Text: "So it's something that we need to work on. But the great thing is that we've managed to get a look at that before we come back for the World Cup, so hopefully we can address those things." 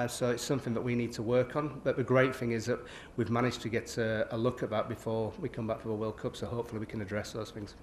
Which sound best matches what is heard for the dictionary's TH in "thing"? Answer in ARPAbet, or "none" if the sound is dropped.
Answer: TH